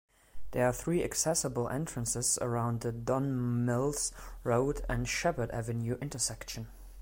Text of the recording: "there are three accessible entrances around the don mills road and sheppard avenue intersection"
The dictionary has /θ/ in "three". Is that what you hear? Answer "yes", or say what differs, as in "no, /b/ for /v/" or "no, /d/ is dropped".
yes